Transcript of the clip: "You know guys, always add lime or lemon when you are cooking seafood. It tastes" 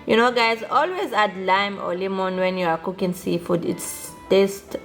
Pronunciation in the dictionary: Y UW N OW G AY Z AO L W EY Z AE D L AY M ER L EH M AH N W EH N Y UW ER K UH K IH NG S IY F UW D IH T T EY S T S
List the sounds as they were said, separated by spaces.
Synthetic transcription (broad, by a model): Y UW N OW G AY Z AO L W EY Z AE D L AY M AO L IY M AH N W EH N Y UW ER K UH K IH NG S IY F UW D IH T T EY S T